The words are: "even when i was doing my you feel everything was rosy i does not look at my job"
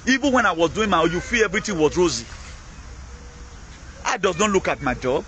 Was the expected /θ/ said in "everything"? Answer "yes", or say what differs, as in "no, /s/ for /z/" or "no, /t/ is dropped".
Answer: no, /t/ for /θ/